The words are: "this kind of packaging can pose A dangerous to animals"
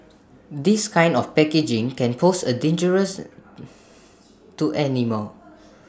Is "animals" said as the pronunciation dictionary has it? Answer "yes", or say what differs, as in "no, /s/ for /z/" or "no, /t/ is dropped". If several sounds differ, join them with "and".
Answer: no, /z/ is dropped